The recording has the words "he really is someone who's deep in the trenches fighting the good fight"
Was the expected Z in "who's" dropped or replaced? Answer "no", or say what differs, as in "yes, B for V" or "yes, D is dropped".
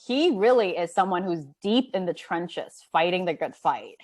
no